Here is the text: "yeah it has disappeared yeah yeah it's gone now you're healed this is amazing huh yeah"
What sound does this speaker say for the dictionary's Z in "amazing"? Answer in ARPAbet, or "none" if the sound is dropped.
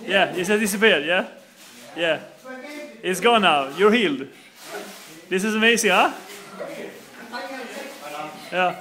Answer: S